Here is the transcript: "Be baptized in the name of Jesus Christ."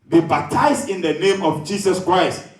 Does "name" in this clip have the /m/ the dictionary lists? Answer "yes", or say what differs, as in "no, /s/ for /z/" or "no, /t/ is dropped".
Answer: yes